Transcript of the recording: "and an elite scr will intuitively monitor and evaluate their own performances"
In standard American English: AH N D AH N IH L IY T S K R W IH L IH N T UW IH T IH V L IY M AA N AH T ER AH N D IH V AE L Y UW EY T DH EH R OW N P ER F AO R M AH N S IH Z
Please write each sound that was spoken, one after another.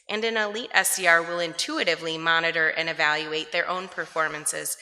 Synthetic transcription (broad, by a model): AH N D AH N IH L IY T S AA R W IH L IH N T UW IH T IH V L IY M AA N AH T ER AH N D IH V AE L Y UW EY T DH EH R OW N P ER F AO R M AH N S IH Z